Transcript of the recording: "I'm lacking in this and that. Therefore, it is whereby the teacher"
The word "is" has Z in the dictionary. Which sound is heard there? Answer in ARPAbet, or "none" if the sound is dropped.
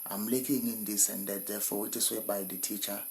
S